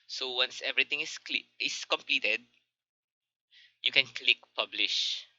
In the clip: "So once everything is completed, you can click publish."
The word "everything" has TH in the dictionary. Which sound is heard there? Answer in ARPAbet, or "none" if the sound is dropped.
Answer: T